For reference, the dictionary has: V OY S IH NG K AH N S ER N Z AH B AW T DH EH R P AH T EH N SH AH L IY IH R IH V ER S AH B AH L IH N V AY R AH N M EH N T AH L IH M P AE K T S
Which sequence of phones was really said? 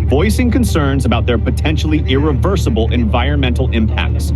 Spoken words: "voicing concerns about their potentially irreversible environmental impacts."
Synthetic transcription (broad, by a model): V OY S IH NG K AH N S ER N Z AH B AW T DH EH R P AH T EH N SH L IY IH R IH V ER S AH B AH L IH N V AY R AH N M EH N T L IH M P AE K T S